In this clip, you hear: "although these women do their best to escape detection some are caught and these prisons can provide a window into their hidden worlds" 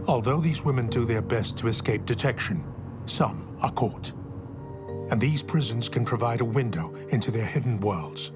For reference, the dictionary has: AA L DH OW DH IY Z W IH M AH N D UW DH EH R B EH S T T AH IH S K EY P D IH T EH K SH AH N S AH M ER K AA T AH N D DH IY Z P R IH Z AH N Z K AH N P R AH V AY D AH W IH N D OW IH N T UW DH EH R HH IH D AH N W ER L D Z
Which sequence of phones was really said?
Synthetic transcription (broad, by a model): AA L DH OW DH IY Z W IH M AH N D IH DH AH R B EH S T T AH IH S K EY P D IH T EH K SH AH N S AH M ER K AA T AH N DH IY Z P R IH Z AH N Z K AH N P R AH V AY D AH W IH N D OW IH N T UW DH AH R HH IH D N W ER L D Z